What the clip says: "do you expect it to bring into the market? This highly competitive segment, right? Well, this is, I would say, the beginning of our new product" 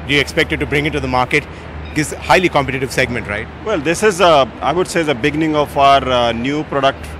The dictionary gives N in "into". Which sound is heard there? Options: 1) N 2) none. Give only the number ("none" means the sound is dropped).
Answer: 2